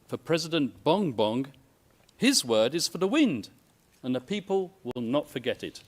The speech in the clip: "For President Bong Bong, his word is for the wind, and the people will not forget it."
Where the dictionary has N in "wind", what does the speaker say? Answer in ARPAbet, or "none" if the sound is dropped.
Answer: N